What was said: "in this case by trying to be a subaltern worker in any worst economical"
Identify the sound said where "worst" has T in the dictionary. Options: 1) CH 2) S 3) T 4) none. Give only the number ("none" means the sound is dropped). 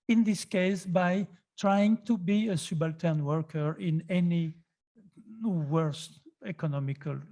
3